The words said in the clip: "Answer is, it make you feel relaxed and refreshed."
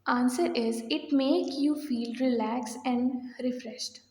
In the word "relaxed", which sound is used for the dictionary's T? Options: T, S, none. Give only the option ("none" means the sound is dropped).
none